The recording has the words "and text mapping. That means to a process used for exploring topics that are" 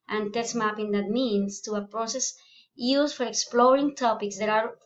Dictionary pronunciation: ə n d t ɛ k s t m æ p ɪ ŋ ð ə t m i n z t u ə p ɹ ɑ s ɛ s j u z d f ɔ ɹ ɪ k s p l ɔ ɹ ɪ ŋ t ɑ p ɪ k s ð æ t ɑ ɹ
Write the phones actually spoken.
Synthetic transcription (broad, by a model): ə n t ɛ s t m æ p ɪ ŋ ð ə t m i n s t u ə p ɹ ɑ s ɛ s j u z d f ɔ ɹ ɪ k s p l ɔ ɹ ɪ ŋ t ɑ p ɪ k s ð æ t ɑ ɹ